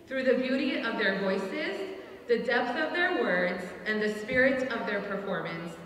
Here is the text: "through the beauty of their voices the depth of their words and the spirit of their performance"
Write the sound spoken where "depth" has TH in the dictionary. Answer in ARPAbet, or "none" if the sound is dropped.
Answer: TH